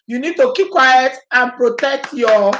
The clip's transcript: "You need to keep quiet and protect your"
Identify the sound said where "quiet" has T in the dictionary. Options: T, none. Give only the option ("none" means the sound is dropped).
T